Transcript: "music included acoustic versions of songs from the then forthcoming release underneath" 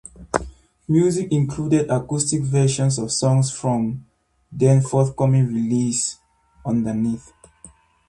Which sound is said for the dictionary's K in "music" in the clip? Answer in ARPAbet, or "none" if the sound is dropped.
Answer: K